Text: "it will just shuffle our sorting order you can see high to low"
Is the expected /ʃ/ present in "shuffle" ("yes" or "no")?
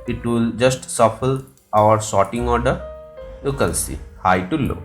no